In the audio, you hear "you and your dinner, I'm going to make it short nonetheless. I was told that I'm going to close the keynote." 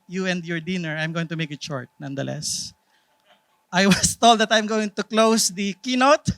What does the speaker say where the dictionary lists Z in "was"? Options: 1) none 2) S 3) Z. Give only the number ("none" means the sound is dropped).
2